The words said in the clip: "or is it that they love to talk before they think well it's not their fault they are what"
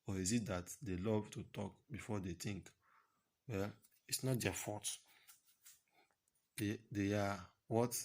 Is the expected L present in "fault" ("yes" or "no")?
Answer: no